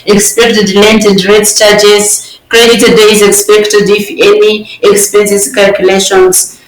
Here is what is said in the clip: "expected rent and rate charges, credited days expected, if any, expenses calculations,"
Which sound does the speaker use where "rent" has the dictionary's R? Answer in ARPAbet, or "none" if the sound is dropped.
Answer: L